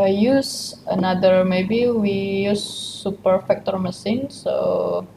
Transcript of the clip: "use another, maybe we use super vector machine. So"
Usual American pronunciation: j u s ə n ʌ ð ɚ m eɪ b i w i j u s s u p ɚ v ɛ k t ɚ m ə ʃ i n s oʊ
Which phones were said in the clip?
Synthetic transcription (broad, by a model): j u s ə n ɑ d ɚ m eɪ b i w i j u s s u p ɚ f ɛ k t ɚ m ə s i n s oʊ